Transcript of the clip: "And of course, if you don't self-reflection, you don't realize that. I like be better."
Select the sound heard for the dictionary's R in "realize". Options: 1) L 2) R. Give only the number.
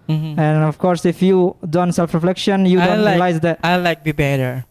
1